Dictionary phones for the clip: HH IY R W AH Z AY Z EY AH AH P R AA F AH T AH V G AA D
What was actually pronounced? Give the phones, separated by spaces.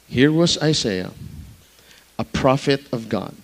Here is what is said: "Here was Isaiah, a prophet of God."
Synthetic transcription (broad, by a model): HH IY R W AH Z AY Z EY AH AH P R AA F AH T AH V G AA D